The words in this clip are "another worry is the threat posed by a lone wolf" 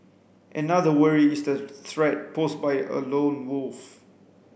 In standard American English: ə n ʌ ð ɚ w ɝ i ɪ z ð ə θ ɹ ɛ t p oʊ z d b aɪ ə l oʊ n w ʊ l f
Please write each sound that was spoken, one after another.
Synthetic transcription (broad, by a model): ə n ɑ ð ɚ w ɝ i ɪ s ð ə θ ɹ ɛ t p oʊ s b aɪ ə l oʊ n w ʊ l f